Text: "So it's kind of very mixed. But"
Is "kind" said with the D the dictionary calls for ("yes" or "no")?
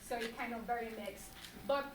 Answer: no